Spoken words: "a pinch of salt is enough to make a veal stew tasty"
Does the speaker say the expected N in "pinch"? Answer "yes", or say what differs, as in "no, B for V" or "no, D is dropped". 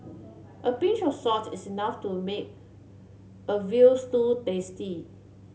no, N is dropped